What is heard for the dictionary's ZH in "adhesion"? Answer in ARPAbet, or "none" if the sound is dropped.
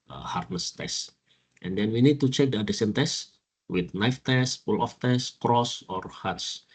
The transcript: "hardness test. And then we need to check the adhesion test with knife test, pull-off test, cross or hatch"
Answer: S